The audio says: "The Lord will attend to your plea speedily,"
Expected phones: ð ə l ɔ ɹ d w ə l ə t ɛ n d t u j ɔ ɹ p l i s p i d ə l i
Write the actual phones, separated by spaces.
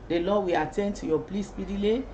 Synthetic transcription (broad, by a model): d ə l ɔ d w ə ə t ɛ n d t u j ɔ p l i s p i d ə l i